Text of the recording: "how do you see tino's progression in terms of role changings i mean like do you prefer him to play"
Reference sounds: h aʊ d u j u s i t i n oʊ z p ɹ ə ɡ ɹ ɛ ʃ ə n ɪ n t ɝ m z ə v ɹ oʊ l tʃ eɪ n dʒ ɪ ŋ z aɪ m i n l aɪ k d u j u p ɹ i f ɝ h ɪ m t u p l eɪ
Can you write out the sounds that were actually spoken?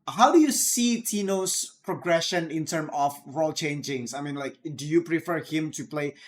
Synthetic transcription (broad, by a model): h aʊ d u j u s i t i n oʊ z p ɹ ə ɡ ɹ ɛ ʃ ə n ɪ n t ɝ m ə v ɹ oʊ l tʃ eɪ n dʒ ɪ ŋ s aɪ m i n l aɪ k d u j u p ɹ i f ɝ h ɪ m t u p l eɪ